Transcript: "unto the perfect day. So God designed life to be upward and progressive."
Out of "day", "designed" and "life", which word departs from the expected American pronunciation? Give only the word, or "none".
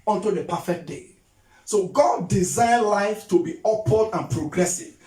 designed